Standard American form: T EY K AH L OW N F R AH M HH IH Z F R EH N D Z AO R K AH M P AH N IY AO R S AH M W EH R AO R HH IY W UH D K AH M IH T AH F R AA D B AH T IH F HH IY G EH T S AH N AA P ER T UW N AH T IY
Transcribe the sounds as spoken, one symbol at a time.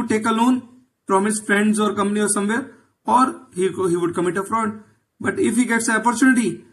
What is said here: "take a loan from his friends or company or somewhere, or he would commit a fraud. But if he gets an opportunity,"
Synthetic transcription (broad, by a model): T EY K AH L OW N P R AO M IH S F R EH N D Z AO R K AH M P AH N IY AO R S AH M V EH R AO R HH IY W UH D K AH M IH T AH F R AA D B AH T IH F HH IY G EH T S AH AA P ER T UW N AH T IY